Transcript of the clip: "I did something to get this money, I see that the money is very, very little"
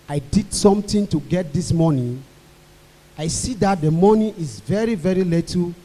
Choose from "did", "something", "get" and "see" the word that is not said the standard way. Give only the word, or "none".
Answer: something